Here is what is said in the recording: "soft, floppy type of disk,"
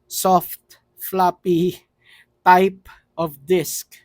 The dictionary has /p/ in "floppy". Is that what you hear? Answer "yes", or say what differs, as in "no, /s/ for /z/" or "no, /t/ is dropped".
yes